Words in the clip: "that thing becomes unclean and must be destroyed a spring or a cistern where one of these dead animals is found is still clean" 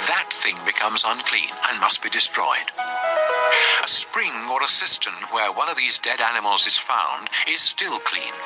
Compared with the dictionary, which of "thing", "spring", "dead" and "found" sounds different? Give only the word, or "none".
none